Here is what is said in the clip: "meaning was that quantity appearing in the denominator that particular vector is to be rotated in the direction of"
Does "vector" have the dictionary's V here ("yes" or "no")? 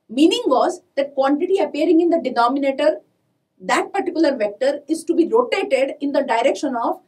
yes